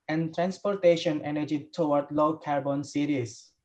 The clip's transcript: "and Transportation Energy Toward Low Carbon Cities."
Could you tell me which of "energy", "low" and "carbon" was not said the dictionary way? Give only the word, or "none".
none